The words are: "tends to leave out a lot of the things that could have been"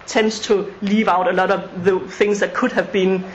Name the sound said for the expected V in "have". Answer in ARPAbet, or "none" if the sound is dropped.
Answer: V